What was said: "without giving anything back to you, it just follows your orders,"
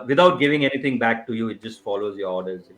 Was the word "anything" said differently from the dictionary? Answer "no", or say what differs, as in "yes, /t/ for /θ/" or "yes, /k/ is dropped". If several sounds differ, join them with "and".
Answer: yes, /t/ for /θ/